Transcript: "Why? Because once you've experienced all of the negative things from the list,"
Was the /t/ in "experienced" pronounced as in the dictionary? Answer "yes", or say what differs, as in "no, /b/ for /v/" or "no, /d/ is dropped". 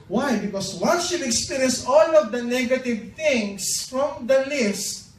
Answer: no, /t/ is dropped